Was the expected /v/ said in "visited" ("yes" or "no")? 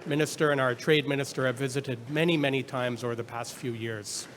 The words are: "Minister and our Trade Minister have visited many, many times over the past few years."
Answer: yes